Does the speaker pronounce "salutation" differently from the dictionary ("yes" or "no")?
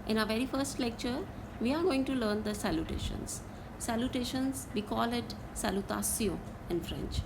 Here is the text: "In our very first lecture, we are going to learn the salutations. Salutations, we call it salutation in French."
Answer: yes